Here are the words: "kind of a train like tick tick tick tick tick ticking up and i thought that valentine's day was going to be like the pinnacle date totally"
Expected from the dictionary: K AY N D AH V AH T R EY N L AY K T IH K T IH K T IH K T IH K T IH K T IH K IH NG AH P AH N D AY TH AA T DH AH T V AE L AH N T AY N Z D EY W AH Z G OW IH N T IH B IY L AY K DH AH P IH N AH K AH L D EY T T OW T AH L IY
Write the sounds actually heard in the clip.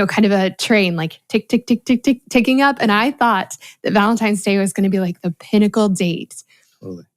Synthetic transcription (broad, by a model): K AY N D AH V AH T R EY N L AY K T IH K T IH K T IH K T IH K T IH K T IH K IH NG AH P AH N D AY TH AA T DH AH T V AE L AH N T AY N Z D EY W AH Z G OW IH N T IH B IY L AY K DH AH P IH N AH K L D EY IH T